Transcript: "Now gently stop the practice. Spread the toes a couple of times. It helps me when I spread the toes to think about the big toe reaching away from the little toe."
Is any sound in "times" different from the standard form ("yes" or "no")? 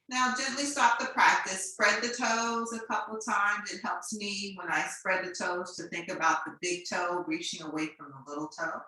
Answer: no